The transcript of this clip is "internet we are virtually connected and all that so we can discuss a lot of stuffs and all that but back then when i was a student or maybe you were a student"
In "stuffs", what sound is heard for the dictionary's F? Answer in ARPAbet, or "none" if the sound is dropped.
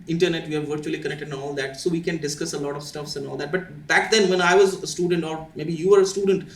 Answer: F